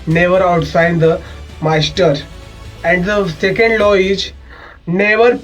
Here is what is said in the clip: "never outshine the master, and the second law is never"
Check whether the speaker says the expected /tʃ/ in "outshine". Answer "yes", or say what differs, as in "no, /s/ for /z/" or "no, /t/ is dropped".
no, /s/ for /tʃ/